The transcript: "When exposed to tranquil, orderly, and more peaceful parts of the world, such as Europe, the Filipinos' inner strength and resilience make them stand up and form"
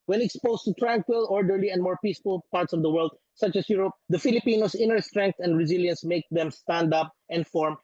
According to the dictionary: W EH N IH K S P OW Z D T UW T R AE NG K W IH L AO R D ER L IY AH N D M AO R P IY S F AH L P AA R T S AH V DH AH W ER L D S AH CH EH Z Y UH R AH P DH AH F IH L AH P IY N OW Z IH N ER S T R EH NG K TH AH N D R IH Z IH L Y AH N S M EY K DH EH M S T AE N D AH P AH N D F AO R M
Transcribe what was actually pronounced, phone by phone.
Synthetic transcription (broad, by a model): W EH N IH K S P OW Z T UW T R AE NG K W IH L AO R D ER L IY AH N D M AO R P IY S F AH L P AA R T S AH V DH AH W ER L D S AH CH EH S Y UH R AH P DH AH F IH L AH P IY N OW S IH N ER S T R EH NG K T AH N D R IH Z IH L Y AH N S M EY K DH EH M S T AE N D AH P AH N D F AO R M